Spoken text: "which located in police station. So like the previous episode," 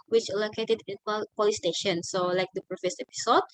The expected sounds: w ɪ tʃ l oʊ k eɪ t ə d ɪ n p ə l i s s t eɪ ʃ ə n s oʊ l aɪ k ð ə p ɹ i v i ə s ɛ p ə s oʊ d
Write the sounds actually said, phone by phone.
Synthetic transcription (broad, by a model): w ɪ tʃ l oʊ k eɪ t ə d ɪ l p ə l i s s t eɪ ʃ ə n s oʊ l aɪ k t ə p ɹ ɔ f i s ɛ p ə s oʊ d